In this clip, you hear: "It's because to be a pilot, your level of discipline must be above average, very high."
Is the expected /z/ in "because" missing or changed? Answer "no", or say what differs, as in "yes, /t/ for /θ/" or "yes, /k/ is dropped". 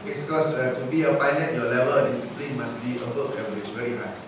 yes, /z/ is dropped